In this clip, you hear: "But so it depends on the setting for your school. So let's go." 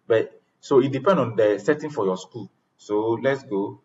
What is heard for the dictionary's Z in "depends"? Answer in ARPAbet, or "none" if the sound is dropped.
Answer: none